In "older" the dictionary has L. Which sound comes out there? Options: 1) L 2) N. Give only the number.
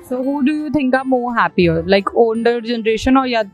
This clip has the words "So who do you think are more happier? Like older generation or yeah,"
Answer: 2